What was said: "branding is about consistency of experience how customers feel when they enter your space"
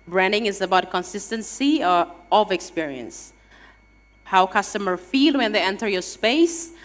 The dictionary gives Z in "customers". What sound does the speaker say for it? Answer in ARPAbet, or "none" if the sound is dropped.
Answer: none